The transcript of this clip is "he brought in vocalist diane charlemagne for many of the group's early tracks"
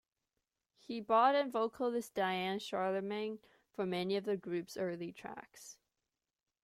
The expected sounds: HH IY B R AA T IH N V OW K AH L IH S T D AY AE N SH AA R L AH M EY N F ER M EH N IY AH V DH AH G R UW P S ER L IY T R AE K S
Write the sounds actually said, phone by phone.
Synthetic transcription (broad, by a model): HH IY B AA T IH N V OW K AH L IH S D AY AE N SH AA R L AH M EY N F ER M EH N IY AH V DH AH G R UW P S ER L IY T R AE K S